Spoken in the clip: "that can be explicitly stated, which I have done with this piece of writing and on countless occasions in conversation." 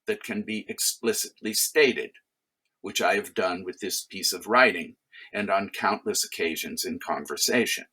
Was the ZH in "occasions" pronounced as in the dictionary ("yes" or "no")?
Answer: yes